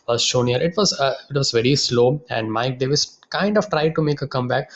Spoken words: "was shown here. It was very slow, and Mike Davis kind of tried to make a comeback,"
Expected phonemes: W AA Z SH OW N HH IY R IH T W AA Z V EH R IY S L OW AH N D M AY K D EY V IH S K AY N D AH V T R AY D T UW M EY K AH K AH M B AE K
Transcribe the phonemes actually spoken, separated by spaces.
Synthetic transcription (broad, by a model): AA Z SH OW N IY R IH T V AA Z V EH R IY S L OW AH N D M AY K D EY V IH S K AY N D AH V T R AY D T UW M EY K AH K AH M B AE K